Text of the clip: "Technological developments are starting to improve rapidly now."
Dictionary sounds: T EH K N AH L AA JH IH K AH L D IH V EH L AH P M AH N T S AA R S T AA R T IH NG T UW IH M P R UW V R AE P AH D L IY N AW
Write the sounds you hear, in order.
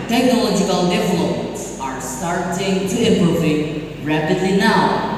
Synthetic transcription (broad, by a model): T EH K N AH L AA JH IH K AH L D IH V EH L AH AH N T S AA R S T AA R T IH NG T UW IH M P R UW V R AE P AH D L IY N AW